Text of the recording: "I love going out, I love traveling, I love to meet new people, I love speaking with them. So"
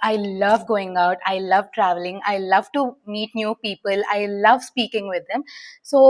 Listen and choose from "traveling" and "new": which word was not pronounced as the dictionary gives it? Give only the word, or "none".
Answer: none